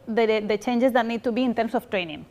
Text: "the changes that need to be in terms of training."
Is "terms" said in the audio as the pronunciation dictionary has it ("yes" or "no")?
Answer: no